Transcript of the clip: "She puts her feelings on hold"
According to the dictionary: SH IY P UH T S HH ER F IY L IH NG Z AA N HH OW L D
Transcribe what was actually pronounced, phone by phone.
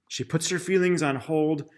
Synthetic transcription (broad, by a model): SH IY P UH T S HH ER F IY L IH NG Z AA N HH OW L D